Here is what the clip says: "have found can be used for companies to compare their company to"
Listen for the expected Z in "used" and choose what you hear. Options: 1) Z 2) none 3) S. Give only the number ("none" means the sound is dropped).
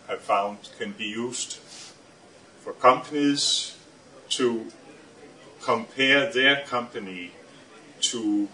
3